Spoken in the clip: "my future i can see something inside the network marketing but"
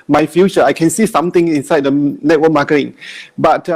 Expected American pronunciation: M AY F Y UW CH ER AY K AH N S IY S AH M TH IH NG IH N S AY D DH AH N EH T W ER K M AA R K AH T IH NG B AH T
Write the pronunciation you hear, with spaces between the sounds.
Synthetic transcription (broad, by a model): M AY F Y UW CH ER AY K AH N S IY S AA M T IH NG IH N S AY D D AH N EH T W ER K M AA K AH T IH NG B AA T